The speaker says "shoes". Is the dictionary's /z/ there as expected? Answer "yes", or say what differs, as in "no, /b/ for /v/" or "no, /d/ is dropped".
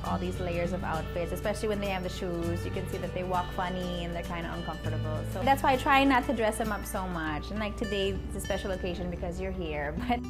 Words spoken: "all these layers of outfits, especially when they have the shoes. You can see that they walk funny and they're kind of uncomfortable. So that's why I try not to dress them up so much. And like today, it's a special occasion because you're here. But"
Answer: yes